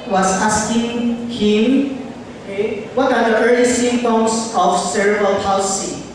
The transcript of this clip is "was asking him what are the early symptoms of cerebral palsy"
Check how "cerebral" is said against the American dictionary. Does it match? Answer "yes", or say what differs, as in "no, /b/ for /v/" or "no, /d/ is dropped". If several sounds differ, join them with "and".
no, /ɹ/ is dropped